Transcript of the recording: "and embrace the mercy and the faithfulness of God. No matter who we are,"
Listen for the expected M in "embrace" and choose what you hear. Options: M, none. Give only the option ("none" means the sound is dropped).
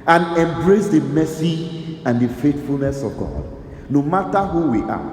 M